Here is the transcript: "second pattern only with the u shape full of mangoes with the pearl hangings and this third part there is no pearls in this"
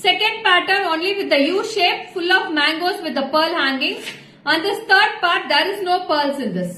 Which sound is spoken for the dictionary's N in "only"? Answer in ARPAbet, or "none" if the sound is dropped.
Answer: N